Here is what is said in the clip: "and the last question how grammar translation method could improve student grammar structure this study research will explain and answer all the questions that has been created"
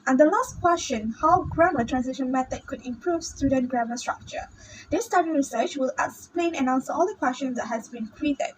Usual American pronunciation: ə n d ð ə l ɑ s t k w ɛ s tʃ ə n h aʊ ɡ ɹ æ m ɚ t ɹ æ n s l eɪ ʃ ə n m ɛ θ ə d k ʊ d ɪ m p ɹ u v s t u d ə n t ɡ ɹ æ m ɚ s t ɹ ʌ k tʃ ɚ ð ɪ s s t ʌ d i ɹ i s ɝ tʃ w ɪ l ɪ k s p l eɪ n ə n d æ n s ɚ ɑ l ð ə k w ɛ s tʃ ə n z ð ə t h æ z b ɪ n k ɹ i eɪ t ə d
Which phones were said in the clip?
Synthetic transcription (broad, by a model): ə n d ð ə l ɑ s t k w ɛ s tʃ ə n h aʊ ɡ ɹ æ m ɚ t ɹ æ n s ɪ ʃ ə n m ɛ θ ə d k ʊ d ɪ m p ɹ u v s t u d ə n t ɡ ɹ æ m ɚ s t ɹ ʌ k tʃ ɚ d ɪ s s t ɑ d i ɹ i s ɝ tʃ w ɪ l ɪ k s p l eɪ n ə n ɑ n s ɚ ɑ l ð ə k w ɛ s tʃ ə n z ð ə t h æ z b ɪ n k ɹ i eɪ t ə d